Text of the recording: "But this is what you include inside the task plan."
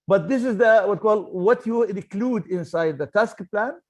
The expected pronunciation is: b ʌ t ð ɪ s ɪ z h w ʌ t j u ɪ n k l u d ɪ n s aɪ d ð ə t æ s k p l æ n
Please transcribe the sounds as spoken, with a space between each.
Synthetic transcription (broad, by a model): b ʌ t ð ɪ s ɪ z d w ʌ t j u ɪ n k l u d ɪ n s aɪ d ð ə t æ s k p l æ n